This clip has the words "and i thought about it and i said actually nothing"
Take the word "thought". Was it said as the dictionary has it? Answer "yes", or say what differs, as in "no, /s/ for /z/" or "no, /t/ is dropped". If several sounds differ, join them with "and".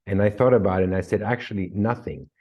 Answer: yes